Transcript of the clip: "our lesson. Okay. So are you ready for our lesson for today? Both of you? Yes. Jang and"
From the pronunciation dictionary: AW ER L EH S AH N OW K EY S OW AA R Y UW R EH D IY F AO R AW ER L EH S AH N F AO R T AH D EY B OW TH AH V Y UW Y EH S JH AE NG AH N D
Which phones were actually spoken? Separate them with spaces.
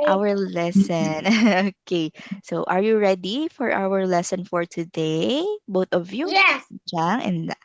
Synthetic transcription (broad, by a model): AW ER L EH S AH N OW K EY S OW AA R Y UW R EH D IY F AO R AW ER L EH S AH N F AO R T AH D EY B OW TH AH V Y UW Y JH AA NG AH N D